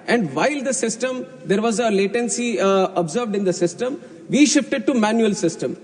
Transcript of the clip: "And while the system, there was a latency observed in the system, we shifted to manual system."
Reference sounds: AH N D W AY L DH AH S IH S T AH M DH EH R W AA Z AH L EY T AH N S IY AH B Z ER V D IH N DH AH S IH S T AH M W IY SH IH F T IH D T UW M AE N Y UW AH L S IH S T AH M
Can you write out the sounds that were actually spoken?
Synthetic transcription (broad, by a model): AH N D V AY L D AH S IH S T AH M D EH R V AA Z AH L EY T AH N S IY AH B Z ER V D IH N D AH S IH S T AH M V IY SH IH F T IH D T UW M AE N Y UW AH L S IH S T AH M